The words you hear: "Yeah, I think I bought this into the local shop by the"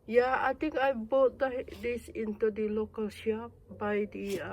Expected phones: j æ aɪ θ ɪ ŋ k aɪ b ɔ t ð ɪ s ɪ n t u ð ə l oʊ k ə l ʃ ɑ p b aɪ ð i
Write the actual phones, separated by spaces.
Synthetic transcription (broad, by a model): j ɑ aɪ t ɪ ŋ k aɪ b ɔ t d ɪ s ɪ n t u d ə l oʊ k ə l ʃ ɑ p b aɪ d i